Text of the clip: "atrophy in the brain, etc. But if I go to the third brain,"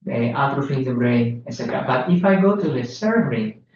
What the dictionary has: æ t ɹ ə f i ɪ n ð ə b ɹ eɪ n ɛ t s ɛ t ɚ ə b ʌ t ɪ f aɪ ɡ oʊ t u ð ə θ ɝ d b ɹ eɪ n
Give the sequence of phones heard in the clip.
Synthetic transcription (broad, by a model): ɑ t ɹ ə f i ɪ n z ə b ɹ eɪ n ɛ t s ɛ t ɚ ə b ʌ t ɪ f aɪ ɡ oʊ t u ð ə s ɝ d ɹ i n